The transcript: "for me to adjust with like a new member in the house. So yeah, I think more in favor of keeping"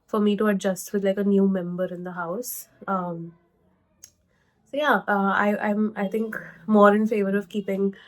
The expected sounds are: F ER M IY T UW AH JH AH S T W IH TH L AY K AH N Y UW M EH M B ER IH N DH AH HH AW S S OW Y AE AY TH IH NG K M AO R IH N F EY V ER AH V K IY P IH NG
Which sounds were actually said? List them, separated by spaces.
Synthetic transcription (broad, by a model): F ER M IY T UW AH JH AH S T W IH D L AY K AH N Y UW M EH M B ER IH N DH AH HH AW S S OW Y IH AY T IH NG K M AO R IH N F EY V ER AH V K IY P IH NG